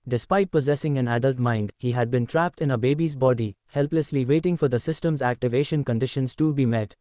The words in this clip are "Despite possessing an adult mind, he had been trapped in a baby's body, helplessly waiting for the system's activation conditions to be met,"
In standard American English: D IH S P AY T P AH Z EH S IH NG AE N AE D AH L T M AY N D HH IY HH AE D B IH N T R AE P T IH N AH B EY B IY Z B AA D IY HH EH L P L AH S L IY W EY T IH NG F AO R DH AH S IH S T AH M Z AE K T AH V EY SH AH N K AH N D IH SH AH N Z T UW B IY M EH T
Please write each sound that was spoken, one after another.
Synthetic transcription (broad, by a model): D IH S P AY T P AH Z EH S IH NG AE N AE D AH L T M AY N D HH IY HH AE D B IH N T R AE P T IH N AH B EY B IY Z B AA D IY HH EH L P L AH S L IY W EY T IH NG F AO R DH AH S IH S T AH M Z AE K T AH V EY SH AH N K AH N D IH SH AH N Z T UW B IY M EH T